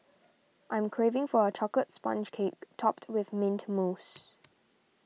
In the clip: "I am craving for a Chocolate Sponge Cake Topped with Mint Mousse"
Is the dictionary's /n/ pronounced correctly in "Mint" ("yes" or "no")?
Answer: yes